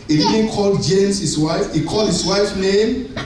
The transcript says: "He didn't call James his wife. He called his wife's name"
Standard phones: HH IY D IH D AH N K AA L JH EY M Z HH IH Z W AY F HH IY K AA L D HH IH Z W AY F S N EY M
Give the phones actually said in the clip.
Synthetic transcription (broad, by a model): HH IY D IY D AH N K AA L JH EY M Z HH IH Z W AY F HH IY K AA L D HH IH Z W AY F N EY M